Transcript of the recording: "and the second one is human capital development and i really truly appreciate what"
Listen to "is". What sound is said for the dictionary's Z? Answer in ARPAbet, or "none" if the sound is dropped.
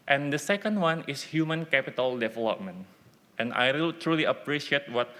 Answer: S